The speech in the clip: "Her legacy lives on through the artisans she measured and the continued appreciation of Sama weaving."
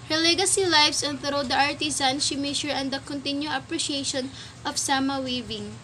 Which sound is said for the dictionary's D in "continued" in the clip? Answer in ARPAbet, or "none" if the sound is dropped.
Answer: none